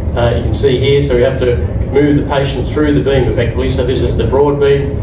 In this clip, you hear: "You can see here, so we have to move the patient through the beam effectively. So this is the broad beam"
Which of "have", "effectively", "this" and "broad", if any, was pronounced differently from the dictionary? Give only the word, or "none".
have